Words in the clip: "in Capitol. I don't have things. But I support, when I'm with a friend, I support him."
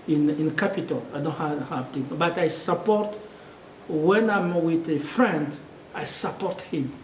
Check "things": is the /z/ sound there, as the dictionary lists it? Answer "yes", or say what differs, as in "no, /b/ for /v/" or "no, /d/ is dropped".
no, /z/ is dropped